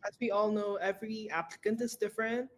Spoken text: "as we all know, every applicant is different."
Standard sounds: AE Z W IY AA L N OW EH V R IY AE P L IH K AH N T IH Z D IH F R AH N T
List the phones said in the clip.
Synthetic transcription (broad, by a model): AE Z W IY AA L N OW EH V R IY AE P L IH K AH N T IH Z D IH F R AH N T